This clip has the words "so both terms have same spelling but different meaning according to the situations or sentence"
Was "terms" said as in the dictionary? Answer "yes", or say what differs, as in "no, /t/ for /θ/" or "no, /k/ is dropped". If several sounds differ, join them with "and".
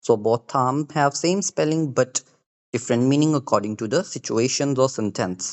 no, /z/ is dropped